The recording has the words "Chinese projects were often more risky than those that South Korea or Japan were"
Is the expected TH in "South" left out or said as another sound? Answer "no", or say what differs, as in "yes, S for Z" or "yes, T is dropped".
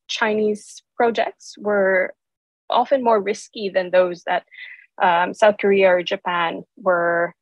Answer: no